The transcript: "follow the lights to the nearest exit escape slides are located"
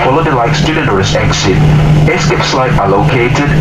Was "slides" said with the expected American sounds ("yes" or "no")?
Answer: no